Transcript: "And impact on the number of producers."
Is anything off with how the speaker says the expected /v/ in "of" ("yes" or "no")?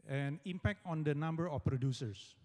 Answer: yes